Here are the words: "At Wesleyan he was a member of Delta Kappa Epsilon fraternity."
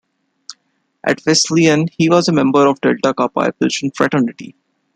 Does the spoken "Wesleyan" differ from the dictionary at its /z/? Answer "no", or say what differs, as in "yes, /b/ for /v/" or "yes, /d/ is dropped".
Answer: yes, /s/ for /z/